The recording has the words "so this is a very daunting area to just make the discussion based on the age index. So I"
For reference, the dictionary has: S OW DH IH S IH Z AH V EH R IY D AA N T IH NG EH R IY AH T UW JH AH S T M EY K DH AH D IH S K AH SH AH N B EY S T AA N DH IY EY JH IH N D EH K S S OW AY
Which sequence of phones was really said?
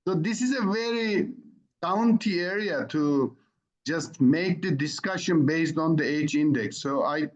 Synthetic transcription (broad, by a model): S OW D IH S IH Z AH V EH R IY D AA N T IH EH R IY AH T UW JH AH S T M EY K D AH D IH S K AH SH AH N B EY S T AA N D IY EY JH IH N D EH K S S OW AY